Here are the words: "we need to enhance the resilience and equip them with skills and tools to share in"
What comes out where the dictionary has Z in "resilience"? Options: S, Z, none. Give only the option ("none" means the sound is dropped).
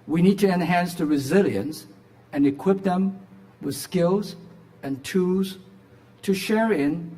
Z